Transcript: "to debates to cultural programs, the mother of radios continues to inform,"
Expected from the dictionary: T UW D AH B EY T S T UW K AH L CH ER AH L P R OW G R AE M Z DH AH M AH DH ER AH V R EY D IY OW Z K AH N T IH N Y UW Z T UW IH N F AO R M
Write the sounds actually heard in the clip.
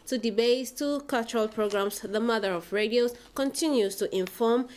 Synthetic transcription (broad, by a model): T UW D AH B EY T T UW K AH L CH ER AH L P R OW G R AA M S DH AH M AH DH ER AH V R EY D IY OW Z K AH N T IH N Y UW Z T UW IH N F AO M